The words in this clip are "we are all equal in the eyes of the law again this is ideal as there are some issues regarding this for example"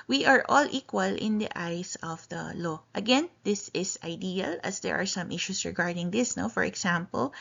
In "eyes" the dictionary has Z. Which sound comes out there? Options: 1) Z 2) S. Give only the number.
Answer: 2